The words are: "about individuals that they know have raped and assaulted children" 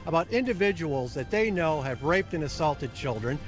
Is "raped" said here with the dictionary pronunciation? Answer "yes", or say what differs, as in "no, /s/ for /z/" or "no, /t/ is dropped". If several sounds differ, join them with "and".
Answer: yes